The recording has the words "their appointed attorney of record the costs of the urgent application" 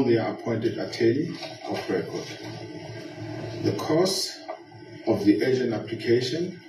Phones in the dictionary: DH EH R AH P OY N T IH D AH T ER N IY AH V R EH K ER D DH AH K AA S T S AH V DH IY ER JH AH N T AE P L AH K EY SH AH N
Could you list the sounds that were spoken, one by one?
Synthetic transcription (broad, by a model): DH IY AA AH P OY N T IH D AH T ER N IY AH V R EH K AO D DH AH K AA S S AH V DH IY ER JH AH N AA P L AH K EY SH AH N